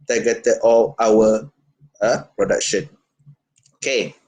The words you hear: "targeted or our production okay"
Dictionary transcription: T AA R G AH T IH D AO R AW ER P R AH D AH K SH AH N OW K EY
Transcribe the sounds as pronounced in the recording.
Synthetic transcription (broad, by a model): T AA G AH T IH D AO L AW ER P R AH D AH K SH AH N OW K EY